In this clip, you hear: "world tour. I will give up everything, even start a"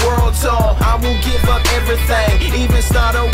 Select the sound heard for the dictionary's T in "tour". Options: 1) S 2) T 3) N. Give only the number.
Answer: 1